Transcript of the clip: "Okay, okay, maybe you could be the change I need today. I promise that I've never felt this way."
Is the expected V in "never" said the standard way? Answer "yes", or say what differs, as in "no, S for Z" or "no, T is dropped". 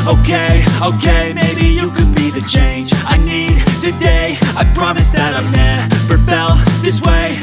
no, P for V